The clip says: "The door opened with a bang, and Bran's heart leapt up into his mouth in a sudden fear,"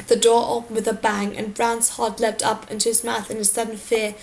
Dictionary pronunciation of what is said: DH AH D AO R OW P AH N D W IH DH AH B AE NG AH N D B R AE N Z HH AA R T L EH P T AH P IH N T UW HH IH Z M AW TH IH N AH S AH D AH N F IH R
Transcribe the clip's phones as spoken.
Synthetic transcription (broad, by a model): DH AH D AO R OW P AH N W IH DH AH B AE NG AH N B R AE N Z HH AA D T L EH P T AH P IH N T UW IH Z M AW TH IH N AH S AH D N F IH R